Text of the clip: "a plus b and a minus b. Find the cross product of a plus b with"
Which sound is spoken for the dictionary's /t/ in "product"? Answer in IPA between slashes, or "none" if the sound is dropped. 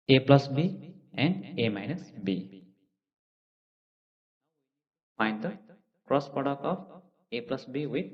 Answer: none